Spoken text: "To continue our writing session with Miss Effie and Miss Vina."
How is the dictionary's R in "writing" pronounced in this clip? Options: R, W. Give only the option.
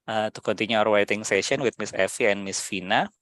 W